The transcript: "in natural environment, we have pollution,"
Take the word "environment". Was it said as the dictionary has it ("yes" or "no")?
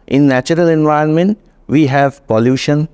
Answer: no